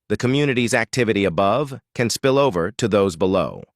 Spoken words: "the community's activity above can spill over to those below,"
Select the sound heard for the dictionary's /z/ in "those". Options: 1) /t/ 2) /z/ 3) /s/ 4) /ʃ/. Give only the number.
2